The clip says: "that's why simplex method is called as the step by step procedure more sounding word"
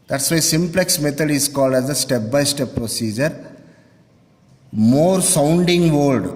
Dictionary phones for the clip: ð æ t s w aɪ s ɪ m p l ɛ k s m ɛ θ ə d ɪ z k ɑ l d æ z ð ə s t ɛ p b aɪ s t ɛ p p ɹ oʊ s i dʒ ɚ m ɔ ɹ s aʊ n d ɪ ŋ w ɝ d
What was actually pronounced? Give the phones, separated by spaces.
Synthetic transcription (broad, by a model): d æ t s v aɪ s ɪ m p l ɛ k s m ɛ t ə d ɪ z k ɑ l d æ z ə s t ɛ p b aɪ s t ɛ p p ɹ oʊ s i dʒ ɚ m ɔ ɹ s aʊ n d ɪ ŋ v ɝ d